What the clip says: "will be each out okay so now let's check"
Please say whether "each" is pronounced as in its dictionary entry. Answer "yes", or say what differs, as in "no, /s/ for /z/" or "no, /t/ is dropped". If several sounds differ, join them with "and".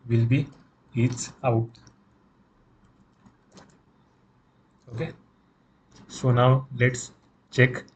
no, /s/ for /tʃ/